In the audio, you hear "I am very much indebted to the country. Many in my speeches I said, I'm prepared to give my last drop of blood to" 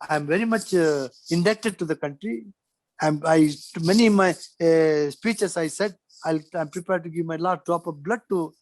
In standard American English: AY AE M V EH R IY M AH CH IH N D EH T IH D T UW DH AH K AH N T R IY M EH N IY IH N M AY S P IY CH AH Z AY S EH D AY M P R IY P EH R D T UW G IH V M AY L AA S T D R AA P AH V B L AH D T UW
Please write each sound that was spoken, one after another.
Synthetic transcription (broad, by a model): AY M V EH R IY M AH CH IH N D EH T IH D T UW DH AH K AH N T R IY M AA IY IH N M AY S P IY CH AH S AY S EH D AY M P R IY P EH R D T UW G IH V M AY L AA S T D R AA P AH B L AH D T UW